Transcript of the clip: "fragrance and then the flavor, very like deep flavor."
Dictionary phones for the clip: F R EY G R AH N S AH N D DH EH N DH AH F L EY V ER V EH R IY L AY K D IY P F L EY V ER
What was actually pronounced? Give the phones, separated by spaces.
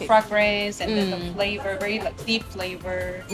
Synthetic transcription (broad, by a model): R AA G R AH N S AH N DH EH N DH AH F L EY V ER V EH R IY L AY K D IY P F L EY V ER